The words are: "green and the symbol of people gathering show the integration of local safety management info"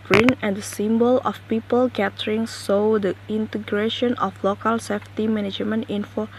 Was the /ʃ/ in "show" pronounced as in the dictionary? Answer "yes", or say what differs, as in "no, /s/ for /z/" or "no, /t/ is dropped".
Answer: no, /s/ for /ʃ/